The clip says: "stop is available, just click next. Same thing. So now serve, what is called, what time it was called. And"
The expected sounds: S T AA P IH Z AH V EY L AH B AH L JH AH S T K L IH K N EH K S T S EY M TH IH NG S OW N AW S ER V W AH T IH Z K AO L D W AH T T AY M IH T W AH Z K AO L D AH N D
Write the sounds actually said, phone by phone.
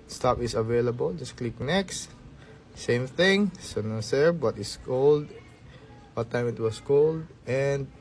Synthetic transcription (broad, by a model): S T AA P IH S AH V EY L AH B AH L JH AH S K L IH K N EH K S T S EY M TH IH NG S OW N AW S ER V W AH T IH S K AO L D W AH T T AY M IH T W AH S K AO L D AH N D